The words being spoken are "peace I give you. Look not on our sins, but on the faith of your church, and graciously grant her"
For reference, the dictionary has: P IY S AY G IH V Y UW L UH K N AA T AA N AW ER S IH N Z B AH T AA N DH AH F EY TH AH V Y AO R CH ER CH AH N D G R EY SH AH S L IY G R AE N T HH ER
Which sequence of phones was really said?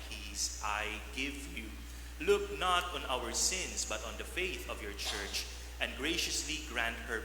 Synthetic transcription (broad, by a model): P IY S AY G IH V Y UW L UH K N AA T AA N AW ER S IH N S B AH T AA N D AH F EY TH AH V Y AO R CH ER CH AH N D G R EY SH AH S L IY G R AE N T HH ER